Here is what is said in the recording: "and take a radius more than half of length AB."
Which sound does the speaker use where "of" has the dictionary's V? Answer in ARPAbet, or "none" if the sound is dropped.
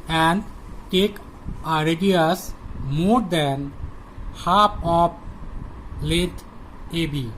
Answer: P